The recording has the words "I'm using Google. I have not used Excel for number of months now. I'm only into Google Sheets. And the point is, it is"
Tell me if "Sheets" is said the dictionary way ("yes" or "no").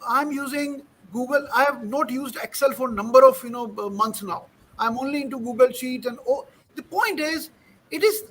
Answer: no